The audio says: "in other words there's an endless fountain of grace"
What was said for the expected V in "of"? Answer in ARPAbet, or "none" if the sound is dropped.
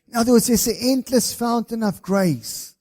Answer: V